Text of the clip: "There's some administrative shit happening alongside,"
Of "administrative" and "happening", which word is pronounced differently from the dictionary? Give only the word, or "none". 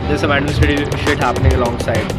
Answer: administrative